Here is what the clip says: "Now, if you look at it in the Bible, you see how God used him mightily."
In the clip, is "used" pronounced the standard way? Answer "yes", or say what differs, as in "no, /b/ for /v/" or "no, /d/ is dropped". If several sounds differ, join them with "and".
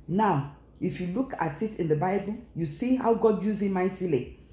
no, /d/ is dropped